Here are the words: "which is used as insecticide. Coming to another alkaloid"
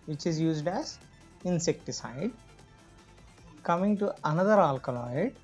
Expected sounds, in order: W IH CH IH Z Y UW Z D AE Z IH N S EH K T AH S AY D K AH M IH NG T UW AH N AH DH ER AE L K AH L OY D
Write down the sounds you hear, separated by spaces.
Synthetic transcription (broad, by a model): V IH CH IH Z Y UW Z D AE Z IH N S EH K T AH S AY D K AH M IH NG T UW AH N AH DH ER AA L K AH L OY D